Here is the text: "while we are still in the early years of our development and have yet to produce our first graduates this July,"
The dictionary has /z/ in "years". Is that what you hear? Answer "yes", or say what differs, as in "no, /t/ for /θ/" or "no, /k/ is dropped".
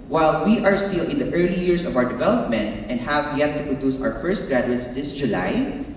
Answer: no, /s/ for /z/